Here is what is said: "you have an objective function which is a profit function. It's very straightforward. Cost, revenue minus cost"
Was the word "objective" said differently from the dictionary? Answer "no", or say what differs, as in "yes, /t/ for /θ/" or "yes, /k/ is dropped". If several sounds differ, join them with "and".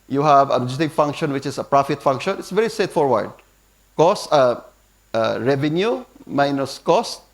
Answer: yes, /b/ is dropped and /k/ is dropped